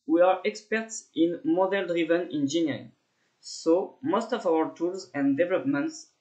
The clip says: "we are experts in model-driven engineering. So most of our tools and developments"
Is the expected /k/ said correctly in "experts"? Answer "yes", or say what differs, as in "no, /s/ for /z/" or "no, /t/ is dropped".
yes